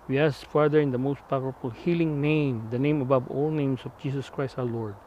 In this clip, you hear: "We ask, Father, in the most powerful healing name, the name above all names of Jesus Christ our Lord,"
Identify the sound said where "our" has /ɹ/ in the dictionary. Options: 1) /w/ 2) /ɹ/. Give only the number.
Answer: 1